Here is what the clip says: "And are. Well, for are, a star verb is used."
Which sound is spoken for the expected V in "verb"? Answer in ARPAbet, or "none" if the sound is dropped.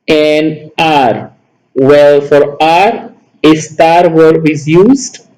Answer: W